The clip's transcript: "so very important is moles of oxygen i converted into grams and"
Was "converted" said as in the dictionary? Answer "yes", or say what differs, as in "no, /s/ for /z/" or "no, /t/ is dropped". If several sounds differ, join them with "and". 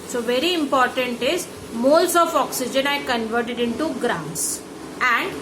yes